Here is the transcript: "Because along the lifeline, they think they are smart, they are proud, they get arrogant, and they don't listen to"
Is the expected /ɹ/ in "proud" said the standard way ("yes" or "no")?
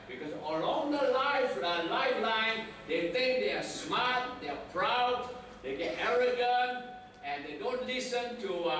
yes